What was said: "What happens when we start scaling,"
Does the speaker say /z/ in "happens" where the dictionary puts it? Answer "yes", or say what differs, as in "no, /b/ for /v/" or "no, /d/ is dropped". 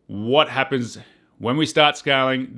yes